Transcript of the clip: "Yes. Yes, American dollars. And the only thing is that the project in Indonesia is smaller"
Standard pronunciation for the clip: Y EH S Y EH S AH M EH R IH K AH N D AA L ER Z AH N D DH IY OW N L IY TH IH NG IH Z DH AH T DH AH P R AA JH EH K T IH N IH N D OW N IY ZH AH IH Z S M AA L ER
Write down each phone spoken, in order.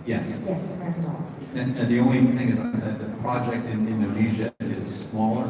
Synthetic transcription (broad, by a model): Y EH S Y EH S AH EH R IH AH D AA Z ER AH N DH IY OW N L IY TH IH NG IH Z DH AH T DH AH P R AA JH EH K T IH N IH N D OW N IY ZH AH IH Z S M AA L ER